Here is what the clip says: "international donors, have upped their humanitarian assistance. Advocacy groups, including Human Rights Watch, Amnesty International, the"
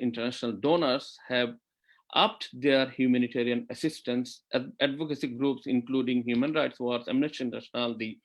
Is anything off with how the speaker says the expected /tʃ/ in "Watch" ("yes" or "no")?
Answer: yes